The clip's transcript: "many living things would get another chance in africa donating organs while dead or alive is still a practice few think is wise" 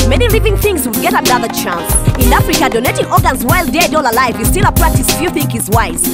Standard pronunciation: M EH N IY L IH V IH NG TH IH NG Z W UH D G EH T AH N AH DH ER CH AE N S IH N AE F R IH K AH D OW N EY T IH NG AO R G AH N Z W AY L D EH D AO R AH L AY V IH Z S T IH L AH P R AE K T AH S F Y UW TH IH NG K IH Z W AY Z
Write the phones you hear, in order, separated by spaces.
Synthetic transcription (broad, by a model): M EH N IY L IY V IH NG TH IH NG Z W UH D G EH T AH N AH DH ER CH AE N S IH N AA F R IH K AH D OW N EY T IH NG AO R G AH N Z W AY L D EH D AO L AH L AY V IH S T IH L AH P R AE K T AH S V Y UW TH IH NG K IH Z W AY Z